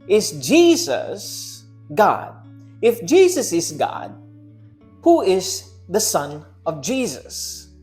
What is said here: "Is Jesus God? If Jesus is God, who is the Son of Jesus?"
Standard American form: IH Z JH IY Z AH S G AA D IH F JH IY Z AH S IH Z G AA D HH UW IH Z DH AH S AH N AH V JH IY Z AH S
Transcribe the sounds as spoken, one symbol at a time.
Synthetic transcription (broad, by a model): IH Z JH IY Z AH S G AA D IH F JH IY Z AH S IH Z G AA D HH UW IH Z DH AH S AH N AH V JH IY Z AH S